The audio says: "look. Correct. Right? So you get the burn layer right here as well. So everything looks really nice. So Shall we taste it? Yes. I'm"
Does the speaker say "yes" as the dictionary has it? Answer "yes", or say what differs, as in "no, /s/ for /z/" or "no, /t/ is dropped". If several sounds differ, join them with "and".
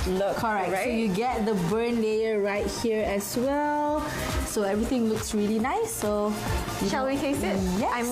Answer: no, /s/ is dropped